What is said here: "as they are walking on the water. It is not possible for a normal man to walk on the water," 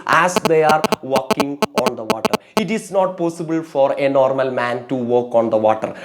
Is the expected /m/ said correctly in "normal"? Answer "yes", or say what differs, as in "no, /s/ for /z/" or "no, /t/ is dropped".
yes